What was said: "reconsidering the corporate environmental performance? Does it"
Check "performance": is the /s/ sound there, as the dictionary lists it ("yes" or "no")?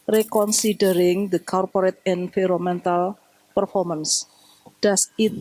yes